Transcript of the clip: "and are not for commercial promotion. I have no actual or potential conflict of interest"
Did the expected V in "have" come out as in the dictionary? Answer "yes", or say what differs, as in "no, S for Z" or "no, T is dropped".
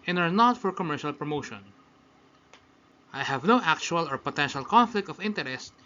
yes